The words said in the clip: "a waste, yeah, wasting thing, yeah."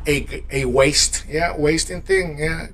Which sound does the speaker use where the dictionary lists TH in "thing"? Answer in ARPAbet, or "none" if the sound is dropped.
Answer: TH